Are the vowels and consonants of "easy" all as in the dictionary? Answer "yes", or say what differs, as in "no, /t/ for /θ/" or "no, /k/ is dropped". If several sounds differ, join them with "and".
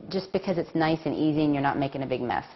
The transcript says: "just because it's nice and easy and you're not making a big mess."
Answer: yes